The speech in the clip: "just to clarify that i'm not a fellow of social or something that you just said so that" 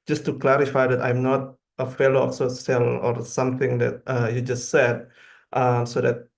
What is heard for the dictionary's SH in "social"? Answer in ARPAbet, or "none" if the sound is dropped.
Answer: S